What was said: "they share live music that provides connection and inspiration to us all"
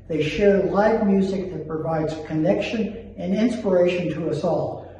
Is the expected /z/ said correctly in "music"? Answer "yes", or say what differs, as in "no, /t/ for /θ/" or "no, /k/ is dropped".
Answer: yes